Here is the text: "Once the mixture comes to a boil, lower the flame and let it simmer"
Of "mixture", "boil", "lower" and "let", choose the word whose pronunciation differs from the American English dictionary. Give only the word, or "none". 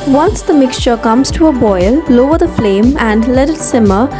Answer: none